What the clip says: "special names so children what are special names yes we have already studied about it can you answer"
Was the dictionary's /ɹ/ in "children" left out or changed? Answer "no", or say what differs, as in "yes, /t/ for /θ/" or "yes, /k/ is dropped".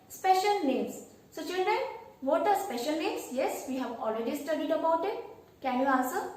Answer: no